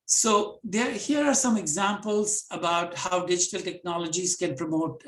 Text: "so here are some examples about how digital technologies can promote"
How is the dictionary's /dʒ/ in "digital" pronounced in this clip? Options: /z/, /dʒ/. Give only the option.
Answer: /dʒ/